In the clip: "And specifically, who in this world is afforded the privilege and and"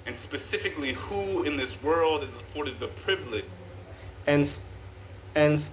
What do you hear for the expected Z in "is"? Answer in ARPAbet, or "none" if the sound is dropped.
Z